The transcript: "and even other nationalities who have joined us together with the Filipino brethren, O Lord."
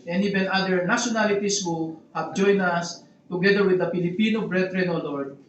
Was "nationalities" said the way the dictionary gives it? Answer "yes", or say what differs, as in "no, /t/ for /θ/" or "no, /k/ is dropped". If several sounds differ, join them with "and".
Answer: no, /s/ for /z/